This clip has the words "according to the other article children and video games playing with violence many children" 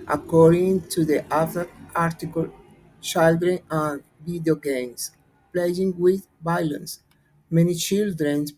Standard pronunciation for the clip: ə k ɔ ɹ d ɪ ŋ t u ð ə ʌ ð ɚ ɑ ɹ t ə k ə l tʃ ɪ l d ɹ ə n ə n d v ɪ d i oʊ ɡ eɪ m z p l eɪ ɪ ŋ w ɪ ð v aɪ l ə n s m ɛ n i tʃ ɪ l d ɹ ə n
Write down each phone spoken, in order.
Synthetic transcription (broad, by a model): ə k ɔ ɹ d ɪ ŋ t u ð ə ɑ ɚ ɑ ɹ t ə k ə l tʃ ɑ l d ɹ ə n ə n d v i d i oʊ ɡ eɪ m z p l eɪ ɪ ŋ w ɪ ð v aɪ l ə n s m ɛ n i tʃ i l d ɹ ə n